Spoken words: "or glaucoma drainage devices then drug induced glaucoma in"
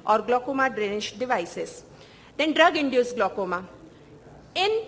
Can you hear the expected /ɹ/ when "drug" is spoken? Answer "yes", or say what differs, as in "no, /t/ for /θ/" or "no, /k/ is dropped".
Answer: yes